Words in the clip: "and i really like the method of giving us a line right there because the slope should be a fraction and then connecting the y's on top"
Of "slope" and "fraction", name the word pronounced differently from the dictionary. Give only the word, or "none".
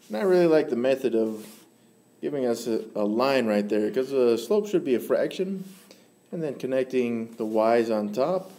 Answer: none